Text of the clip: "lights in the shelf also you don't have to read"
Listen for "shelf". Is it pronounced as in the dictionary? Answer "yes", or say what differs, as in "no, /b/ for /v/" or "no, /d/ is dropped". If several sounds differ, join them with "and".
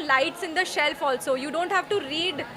yes